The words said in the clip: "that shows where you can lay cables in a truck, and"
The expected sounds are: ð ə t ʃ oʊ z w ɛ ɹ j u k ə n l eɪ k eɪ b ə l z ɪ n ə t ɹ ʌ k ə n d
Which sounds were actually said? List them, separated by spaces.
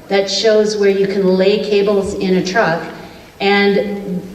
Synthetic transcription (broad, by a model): ð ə t ʃ oʊ z w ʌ ɹ j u k ə n l eɪ k eɪ b l z ɪ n ə t ɹ ʌ k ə n